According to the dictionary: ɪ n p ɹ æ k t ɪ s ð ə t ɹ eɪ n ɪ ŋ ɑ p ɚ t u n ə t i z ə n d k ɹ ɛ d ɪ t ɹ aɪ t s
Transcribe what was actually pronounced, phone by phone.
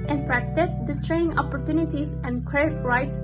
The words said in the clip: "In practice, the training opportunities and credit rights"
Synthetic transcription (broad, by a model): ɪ n p ɹ æ k t ɪ s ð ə t ɹ eɪ n ɪ ŋ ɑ p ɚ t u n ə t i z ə n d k ɛ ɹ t ɹ aɪ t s